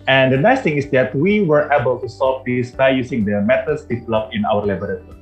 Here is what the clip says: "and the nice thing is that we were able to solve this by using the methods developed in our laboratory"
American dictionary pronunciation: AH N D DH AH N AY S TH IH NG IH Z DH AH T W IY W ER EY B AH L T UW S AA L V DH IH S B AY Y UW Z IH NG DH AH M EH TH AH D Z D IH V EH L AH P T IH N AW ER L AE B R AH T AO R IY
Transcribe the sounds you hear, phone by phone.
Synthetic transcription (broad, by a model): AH N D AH N AY S T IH NG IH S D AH T W IY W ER EY B AH L T UW S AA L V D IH S B AY Y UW S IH NG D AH M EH T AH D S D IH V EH L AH P IH N AW ER L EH B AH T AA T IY